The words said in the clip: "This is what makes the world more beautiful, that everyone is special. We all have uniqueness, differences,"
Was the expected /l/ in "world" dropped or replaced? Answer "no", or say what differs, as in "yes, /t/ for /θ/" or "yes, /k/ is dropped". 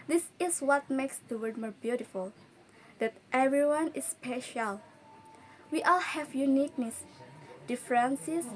yes, /l/ is dropped